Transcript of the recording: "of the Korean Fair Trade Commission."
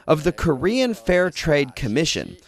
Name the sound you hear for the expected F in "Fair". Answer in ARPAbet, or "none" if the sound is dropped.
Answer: F